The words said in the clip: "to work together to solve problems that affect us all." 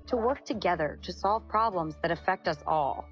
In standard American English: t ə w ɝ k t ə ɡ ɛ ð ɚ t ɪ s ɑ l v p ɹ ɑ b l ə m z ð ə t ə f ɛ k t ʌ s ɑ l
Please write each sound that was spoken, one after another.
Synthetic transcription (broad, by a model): t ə w ɝ k t ə ɡ ɛ ð ɚ t ɪ s ɑ l v p ɹ ɑ b l ə m z ð ə t ə f ɛ k t ʌ s ɑ l